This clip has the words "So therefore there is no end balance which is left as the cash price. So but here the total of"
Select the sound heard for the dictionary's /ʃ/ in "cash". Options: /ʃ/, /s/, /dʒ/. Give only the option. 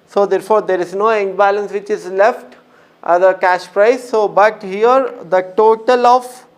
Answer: /ʃ/